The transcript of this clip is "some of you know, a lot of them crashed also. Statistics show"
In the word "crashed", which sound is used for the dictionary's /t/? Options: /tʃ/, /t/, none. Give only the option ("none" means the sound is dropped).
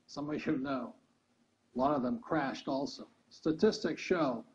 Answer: /t/